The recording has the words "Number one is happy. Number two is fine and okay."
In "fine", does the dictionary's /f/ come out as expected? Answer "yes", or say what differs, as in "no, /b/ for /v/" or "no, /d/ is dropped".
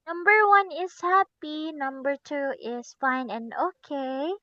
yes